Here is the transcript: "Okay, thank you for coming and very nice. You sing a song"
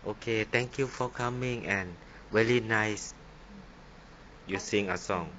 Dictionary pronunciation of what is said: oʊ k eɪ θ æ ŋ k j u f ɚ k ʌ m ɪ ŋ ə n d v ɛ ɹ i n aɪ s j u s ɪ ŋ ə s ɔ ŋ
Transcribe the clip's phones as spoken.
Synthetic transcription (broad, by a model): oʊ k eɪ t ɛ ŋ k j u f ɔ k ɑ m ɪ ŋ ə n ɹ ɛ l i n aɪ s j u s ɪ ŋ ə s ɔ ŋ